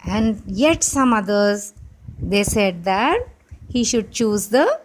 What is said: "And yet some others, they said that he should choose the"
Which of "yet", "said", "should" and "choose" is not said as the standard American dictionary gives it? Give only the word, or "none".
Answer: none